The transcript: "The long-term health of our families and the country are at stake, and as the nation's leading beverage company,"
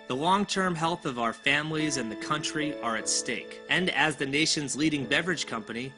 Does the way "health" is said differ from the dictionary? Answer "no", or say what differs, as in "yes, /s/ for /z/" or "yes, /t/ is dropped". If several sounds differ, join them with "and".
no